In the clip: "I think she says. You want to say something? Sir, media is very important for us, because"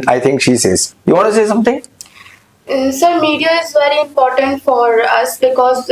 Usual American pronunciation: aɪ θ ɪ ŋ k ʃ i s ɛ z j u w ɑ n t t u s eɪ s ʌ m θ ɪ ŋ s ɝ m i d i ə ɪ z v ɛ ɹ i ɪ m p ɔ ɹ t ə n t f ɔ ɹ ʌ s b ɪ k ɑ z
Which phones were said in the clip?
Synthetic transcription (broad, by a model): aɪ t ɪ ŋ k ʃ i s ɛ z j u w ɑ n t t u s eɪ s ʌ m t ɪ ŋ s ɝ m i d i ə ɪ z v ɛ ɹ i ɪ m p ɔ ɹ t ə n t f ɔ ɹ ʌ s b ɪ k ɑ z